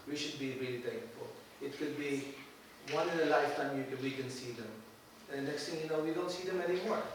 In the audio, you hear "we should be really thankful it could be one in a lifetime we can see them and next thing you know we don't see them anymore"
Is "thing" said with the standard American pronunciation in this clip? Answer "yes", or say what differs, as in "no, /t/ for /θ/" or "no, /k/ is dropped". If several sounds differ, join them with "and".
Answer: no, /t/ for /θ/